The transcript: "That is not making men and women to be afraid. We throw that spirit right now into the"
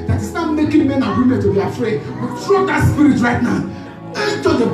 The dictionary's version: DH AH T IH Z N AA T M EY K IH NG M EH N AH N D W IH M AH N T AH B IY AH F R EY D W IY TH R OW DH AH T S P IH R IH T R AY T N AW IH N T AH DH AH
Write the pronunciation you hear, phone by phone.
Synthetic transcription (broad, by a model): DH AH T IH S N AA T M EY K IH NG M EH N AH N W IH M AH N T AH B IY AH F R EY D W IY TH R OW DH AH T S P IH R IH T R AY T N AW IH T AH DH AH